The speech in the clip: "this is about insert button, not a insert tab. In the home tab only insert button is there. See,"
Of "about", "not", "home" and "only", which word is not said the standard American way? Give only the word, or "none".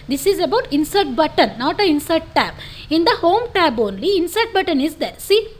none